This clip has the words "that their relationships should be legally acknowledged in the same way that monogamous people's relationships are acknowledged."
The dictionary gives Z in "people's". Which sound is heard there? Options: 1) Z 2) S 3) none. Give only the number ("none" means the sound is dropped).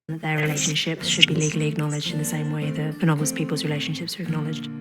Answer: 1